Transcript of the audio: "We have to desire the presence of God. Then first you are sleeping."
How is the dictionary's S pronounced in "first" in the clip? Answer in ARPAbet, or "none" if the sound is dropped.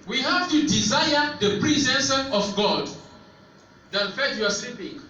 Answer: none